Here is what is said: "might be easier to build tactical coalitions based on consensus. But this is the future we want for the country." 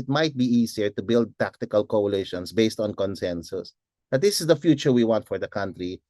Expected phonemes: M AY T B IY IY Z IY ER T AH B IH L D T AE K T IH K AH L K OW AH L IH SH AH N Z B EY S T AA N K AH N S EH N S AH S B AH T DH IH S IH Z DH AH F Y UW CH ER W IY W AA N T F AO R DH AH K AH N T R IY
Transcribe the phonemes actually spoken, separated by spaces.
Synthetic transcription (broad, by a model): M AY T B IY IY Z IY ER T AH B IH L D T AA K T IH K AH L K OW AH L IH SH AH N S B EY S T AA N K AH N S EH N S AH S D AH T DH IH S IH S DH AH F Y UW CH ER W IY W AA N T F AO R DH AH K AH N T R IY